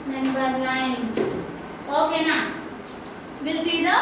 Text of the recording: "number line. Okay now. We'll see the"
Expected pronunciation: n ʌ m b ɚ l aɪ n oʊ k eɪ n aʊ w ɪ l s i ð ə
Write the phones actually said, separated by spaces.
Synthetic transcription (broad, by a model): n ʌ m b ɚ n aɪ n oʊ k eɪ n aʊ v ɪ l s i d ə